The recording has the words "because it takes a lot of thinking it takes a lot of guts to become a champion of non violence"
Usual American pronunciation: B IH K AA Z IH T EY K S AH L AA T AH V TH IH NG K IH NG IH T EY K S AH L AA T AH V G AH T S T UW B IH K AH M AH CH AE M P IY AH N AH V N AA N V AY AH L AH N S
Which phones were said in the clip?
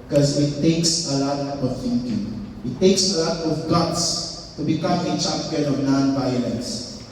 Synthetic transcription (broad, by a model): K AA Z IH T EY K S AH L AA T AH V TH IH NG K IH NG IH T EY K S AH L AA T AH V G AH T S T UW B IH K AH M AH CH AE P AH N AH V N AA N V AY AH L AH N S